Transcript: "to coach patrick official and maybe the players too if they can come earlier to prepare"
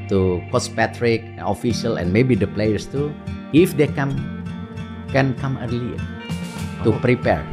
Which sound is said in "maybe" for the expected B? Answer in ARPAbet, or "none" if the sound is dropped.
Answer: B